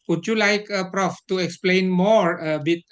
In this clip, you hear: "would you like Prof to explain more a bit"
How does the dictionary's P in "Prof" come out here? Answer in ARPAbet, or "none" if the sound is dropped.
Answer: P